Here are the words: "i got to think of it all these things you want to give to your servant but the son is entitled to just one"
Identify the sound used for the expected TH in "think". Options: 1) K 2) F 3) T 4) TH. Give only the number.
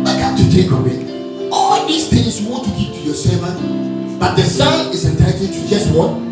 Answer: 3